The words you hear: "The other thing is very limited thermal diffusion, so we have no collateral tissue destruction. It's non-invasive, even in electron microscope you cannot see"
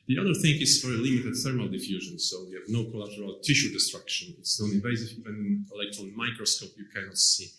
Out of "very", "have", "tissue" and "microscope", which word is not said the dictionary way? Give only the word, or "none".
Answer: none